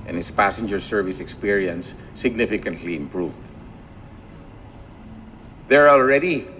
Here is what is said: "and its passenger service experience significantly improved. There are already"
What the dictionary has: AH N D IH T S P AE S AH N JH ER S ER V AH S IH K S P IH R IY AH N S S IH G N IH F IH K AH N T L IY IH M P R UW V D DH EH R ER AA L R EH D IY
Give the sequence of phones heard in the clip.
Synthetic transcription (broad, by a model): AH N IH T S P AE S AH N JH ER S ER V AH S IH K S P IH R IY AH N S S IH G N IH F IH K AH N T L IY IH M P R UW V D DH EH R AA L R EH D IY